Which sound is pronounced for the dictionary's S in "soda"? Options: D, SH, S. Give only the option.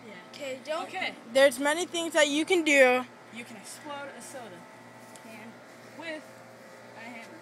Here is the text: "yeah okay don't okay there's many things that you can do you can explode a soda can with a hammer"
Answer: S